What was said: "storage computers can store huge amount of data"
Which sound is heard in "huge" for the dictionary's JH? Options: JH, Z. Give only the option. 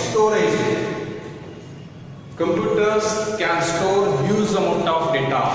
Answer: Z